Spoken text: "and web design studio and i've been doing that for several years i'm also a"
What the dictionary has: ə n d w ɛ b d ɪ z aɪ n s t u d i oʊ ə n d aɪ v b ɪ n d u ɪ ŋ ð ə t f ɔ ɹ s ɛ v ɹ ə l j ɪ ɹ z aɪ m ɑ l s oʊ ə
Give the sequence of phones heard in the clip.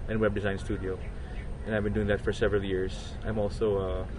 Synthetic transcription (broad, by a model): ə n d w ɛ b d ɪ z aɪ n s t u d i oʊ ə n aɪ v b ɪ n d u ɪ ŋ ð ə t f ɔ ɹ s ɛ v ɹ ə l j ɪ ɹ z aɪ m ɑ l s oʊ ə